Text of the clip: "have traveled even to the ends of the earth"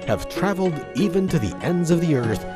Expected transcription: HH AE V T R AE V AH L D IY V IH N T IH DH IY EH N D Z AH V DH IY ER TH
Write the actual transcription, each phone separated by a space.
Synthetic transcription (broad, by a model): HH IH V T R AE V L D IY V IH N T IH DH IY EH N D Z AH V DH IY ER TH